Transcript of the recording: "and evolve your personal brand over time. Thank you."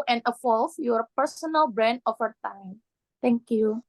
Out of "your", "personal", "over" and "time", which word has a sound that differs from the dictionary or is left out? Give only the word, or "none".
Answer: over